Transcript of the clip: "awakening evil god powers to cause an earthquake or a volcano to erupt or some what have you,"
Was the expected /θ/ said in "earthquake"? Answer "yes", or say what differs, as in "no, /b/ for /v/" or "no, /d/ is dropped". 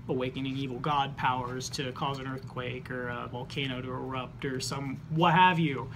yes